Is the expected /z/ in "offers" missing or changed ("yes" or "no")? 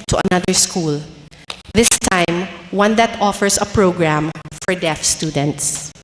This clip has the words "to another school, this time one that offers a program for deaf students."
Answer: yes